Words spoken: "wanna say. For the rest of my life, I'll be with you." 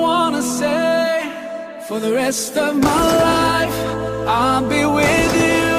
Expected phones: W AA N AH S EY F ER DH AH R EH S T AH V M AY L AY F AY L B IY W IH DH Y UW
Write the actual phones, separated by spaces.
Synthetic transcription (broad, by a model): W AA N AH S EY F ER DH AH R EH S T AH V M AY L AY F AY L B IY W IH DH Y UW